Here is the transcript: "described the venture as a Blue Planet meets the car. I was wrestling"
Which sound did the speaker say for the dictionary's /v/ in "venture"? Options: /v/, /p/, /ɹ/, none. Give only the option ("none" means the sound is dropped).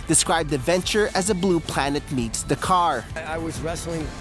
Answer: /v/